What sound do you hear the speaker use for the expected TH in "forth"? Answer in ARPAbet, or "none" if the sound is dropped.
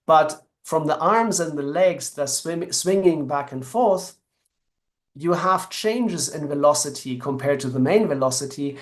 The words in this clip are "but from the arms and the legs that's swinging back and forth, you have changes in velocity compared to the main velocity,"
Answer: TH